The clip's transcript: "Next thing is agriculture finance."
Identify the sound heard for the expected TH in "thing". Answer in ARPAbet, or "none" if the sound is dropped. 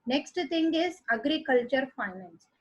T